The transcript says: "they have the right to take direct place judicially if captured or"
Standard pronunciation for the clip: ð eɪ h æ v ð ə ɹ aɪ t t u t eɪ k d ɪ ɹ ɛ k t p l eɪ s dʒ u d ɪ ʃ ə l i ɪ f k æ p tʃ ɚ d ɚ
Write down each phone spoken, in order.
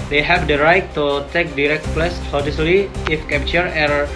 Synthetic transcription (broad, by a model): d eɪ h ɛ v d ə ɹ aɪ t t u t eɪ k d ɪ ɹ ɛ k t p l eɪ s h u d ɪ s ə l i ɪ f k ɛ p tʃ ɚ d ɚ